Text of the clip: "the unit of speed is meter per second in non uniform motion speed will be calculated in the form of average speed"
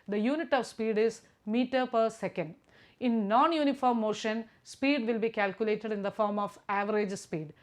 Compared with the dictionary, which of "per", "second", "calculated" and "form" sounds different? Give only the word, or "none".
none